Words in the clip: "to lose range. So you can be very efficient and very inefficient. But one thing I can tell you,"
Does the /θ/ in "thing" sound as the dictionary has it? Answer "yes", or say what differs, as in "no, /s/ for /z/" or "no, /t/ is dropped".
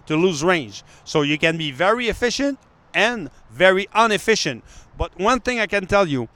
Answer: yes